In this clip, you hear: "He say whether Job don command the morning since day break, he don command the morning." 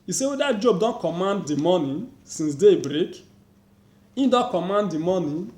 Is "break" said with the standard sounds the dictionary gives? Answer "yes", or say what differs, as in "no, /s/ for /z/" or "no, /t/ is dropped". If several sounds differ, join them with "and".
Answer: yes